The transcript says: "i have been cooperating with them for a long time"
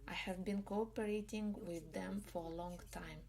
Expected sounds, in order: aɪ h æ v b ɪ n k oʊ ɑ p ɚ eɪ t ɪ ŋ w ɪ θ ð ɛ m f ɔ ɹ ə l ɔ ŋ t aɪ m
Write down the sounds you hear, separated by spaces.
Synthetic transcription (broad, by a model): aɪ h æ v b ɪ n k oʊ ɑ p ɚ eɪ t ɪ ŋ w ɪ ð ɛ m f ɔ ɹ ə l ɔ ŋ t aɪ m